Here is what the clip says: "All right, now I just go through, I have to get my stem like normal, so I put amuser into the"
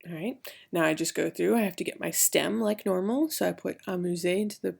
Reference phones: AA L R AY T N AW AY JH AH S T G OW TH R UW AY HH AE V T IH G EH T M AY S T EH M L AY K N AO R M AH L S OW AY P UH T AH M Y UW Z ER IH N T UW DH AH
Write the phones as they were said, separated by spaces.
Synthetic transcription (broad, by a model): R AY T N AW AY JH AH S G OW TH R UW AY HH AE F T IH G EH T M AY S T EH M L AY K N AO R M L S OW AY P UH T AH M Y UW Z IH IH N T UW DH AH